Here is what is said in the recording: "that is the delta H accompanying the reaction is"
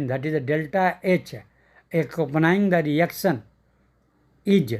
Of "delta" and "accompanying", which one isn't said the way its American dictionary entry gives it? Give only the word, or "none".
accompanying